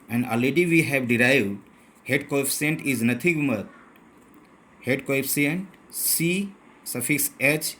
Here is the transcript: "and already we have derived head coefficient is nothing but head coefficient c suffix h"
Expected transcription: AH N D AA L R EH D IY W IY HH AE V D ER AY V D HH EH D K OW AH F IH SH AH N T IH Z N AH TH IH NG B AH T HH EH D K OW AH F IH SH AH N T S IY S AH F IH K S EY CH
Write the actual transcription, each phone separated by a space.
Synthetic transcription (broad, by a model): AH N D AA L EH D IY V IY HH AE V D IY AY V D HH EH D K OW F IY AH N T IH Z N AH T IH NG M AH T HH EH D K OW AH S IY AH N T S IY S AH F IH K S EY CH